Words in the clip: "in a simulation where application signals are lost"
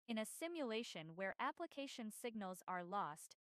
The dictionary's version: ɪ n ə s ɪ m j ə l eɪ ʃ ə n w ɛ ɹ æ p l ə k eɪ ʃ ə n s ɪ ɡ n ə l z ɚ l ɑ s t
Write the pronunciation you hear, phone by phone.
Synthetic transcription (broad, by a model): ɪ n ə s ɪ m j ə l eɪ ʃ ə n w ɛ ɹ æ p l ə k eɪ ʃ ə n s ɪ ɡ n ə l z ɚ l ɑ s t